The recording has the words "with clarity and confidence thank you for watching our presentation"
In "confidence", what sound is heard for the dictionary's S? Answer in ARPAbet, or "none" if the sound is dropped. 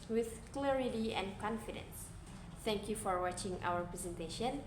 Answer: S